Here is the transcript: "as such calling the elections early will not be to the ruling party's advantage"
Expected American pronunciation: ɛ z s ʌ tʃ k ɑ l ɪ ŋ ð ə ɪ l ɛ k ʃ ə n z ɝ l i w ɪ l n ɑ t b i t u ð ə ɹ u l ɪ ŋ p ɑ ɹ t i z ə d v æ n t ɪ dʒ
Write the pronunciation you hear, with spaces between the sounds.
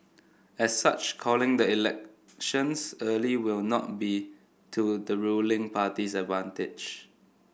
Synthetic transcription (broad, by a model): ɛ s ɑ tʃ k ɑ l ɪ ŋ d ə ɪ l ɛ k ʃ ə n s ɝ l i w ɪ l n ɑ t b i t u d ə ɹ u l ɪ ŋ p ɑ t i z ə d v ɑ n t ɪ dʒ